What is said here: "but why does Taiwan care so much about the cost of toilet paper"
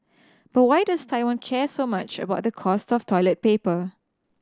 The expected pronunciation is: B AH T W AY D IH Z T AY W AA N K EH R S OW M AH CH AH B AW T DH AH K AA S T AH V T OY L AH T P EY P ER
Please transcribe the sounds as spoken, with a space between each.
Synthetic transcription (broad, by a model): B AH T W AY D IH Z T AY W AA N K EH S OW M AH CH AH B AW T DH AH K AA S T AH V T OY L AH T P EY P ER